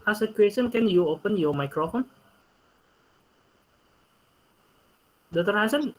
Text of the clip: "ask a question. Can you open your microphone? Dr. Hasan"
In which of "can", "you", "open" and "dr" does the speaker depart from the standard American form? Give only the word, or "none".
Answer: dr